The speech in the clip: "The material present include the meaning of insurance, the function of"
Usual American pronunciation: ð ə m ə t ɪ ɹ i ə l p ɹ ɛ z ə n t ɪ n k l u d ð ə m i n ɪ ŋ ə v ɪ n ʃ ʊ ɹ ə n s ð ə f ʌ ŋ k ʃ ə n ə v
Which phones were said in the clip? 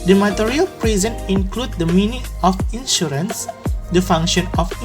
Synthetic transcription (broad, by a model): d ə m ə t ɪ ɹ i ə l p ɹ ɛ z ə n ɪ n k l u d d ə m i n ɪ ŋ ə f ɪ n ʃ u ɹ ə n s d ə f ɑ ŋ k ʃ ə n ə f